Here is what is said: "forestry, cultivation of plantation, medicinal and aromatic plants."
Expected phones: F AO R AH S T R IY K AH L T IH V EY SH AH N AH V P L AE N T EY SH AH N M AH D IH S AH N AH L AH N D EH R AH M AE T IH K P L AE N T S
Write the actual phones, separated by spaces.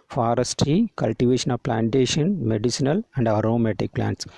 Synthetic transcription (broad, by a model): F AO R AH S T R IY K AH L T IH V EY SH AH N AH V P L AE N T EY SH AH N M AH D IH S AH N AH L AH N D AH R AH M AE T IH K P L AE N T S